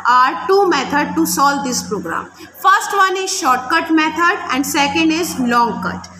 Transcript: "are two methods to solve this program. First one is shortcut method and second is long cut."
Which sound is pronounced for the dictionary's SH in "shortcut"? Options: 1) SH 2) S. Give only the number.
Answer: 1